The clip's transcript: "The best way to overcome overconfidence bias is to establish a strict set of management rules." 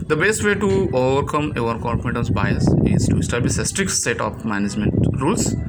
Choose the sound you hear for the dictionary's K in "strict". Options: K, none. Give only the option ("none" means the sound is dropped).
K